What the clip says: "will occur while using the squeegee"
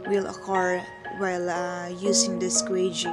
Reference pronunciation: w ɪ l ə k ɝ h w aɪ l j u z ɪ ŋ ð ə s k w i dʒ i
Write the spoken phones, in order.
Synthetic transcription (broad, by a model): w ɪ l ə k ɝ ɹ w aɪ l j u s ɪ ŋ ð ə s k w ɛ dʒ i